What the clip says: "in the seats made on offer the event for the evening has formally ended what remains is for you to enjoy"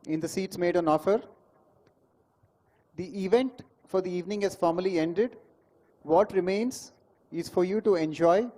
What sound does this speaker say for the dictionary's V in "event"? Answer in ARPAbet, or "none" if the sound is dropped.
V